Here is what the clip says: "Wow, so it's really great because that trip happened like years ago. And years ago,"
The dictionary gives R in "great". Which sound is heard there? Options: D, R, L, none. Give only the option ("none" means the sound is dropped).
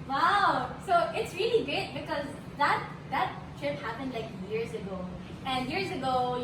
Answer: R